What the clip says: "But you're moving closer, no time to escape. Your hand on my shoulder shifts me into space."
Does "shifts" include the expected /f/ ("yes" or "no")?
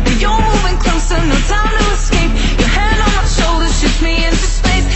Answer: no